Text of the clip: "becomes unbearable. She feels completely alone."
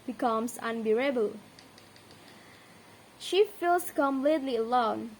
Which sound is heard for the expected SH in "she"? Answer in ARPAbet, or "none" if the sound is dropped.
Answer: SH